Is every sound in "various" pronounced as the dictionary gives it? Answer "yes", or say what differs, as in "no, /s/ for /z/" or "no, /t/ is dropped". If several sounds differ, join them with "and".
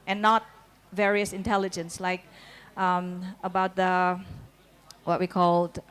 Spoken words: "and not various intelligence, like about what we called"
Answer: yes